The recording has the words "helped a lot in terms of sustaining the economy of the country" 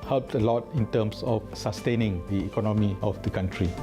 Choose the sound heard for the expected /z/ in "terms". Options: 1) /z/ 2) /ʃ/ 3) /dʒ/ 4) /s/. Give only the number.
4